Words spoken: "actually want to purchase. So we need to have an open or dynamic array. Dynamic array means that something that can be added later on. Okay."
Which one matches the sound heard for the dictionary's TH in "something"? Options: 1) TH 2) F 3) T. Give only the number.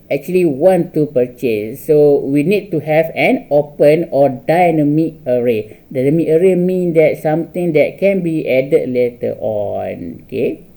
3